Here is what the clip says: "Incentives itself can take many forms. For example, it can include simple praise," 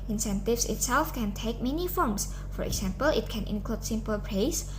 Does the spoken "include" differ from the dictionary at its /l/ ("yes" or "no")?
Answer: no